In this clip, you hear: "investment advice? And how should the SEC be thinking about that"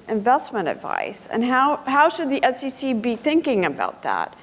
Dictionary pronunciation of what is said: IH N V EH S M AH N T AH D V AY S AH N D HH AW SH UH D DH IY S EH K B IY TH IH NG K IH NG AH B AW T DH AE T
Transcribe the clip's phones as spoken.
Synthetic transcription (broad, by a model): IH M V EH S M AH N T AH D V AY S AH N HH HH AW SH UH D DH IY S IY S B IY TH IH NG K IH NG AH B AW T DH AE T